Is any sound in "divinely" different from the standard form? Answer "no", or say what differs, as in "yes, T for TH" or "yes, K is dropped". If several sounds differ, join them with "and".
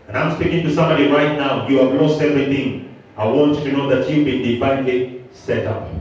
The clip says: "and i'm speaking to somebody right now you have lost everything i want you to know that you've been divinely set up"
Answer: yes, P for V